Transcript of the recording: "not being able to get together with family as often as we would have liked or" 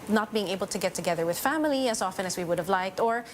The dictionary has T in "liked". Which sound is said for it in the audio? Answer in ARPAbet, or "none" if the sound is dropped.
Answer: T